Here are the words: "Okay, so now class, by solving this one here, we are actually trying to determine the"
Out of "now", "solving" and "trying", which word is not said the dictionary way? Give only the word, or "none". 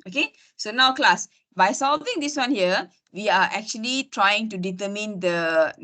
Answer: none